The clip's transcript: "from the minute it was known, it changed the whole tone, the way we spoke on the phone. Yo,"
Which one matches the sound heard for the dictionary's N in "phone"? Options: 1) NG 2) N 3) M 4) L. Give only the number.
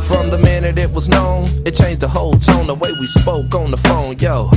2